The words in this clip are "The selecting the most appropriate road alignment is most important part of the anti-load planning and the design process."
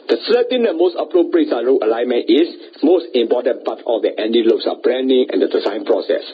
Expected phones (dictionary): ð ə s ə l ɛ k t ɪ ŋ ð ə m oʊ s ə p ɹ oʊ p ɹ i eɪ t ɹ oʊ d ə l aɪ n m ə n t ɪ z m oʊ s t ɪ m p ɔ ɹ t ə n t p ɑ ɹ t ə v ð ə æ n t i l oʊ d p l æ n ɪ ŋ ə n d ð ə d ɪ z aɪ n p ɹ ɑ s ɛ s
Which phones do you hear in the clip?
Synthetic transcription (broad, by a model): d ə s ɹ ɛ t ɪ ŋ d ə m oʊ s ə p ɹ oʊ p ɹ i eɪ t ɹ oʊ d ə l aɪ n m ə n t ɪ s m oʊ s t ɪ m p ɔ t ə n p ɑ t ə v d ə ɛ n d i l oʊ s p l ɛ n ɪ ŋ ə n d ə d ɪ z aɪ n p ɹ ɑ s ɛ s